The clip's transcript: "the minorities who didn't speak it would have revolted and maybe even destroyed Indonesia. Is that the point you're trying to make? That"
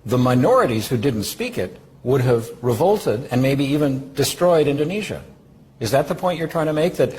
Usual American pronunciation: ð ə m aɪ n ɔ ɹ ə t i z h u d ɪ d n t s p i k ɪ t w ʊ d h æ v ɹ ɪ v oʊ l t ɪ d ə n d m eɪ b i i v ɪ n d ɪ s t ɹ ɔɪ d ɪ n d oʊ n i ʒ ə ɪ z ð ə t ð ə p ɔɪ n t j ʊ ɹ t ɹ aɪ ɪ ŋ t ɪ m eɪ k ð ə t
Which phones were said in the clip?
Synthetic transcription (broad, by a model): ð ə m aɪ n ɔ ɹ ə t i z h u d ɪ d n t s p i k ɪ t w ʊ d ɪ v ɹ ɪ v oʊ l t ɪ d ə n m eɪ b i i v ɪ n d ɪ s t ɹ ɔɪ d ɪ n d oʊ n i ʒ ə ɪ z ð ə t ð ə p ɔɪ n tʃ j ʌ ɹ t ɹ aɪ ɪ ŋ t ɪ m eɪ k ð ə t